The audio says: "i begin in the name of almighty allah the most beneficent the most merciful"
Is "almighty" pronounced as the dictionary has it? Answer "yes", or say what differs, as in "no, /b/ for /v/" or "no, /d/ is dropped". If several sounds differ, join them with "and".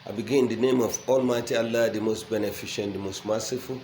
yes